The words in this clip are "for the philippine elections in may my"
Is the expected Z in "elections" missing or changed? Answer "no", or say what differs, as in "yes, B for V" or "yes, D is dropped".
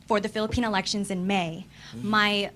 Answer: no